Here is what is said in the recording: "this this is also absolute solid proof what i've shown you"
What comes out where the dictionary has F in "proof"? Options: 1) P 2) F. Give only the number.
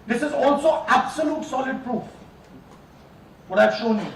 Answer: 2